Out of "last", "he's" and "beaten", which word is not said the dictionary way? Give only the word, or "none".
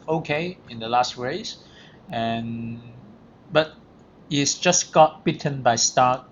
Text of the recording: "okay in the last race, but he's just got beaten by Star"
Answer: he's